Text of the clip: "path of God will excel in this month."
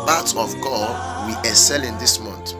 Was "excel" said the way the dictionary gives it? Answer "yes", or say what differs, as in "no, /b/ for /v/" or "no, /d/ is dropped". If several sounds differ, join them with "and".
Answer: no, /k/ is dropped